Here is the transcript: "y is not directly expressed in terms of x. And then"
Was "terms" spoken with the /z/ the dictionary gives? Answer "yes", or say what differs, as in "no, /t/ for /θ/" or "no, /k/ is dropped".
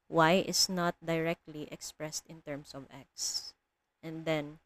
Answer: no, /s/ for /z/